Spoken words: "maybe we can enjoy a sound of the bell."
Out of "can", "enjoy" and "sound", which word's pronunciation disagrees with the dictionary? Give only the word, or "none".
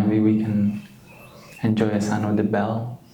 sound